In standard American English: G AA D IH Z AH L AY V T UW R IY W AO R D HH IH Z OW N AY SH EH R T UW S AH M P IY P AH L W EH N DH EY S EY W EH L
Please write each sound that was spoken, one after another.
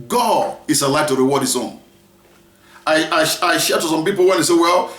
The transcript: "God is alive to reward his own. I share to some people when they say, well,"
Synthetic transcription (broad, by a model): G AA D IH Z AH L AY T UW R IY W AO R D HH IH S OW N AY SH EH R T UW S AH M P IY P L W EH N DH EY S EY W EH L